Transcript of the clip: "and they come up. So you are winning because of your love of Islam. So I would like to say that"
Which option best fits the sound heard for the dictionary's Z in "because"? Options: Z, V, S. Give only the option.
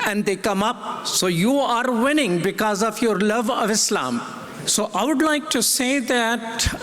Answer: Z